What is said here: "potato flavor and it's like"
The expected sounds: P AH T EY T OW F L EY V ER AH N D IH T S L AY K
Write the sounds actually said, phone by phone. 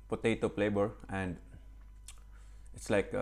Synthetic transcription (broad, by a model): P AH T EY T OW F L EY B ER AH N D IH T S L AY K